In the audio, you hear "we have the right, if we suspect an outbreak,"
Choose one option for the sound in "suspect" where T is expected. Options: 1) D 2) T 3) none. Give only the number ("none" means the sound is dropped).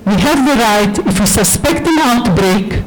2